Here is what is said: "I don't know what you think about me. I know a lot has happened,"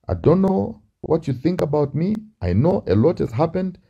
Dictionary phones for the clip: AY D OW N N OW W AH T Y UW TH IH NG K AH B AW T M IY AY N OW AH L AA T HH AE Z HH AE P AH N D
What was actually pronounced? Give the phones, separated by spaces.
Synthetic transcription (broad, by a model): AY D OW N N OW W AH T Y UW TH IH NG K AH B AW T M IY AY N OW AH L AA T HH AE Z HH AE P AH N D